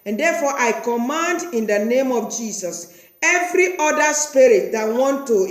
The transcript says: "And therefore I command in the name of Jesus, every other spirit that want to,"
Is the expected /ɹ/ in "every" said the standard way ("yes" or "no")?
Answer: yes